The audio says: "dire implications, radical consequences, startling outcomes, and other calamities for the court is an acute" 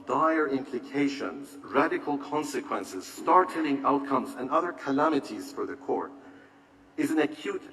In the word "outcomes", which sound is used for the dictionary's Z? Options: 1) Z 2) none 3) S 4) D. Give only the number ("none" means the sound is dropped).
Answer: 1